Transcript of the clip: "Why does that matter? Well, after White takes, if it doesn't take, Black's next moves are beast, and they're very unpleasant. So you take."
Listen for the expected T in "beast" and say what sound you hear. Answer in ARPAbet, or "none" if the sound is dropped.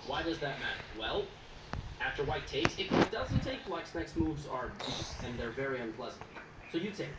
none